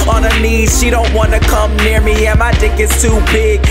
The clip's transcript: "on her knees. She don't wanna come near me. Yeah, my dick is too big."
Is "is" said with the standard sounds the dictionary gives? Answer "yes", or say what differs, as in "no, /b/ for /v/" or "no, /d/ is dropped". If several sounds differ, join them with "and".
no, /s/ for /z/